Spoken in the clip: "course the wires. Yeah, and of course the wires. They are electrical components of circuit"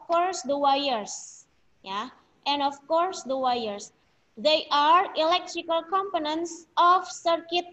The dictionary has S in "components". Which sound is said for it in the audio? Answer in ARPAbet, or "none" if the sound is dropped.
S